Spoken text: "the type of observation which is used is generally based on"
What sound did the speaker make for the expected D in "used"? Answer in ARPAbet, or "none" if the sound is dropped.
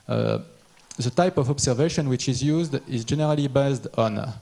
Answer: D